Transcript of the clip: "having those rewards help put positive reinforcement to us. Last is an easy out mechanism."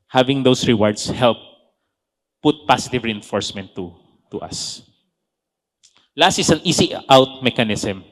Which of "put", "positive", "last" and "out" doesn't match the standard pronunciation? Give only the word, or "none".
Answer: positive